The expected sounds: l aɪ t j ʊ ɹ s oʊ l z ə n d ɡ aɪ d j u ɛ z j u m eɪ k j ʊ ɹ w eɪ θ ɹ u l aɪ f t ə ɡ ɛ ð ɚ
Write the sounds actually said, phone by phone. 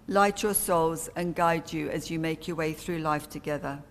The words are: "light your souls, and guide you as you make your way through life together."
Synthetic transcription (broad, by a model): l aɪ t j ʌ s oʊ l z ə n ɡ aɪ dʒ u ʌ z j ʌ m eɪ k j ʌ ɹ w eɪ θ ɹ u l aɪ f t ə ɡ ɛ ð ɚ